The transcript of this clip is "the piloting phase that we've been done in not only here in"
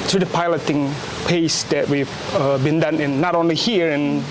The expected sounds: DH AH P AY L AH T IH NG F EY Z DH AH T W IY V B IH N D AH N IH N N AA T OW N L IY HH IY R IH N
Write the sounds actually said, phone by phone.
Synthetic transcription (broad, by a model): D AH P AY L AH T IH NG P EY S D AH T W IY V B IH N D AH N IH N N AA T OW N L IY HH IY R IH N